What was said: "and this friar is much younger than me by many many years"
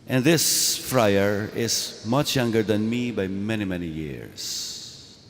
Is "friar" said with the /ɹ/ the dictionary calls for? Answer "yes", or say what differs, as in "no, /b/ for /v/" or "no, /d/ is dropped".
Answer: yes